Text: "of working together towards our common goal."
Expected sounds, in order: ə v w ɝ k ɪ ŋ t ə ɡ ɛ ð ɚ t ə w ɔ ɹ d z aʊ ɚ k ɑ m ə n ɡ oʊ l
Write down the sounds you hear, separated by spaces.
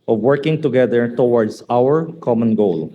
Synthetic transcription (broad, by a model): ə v w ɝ k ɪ ŋ t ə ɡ ɛ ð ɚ t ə w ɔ ɹ d s aʊ ɚ k ɑ m ə n ɡ oʊ l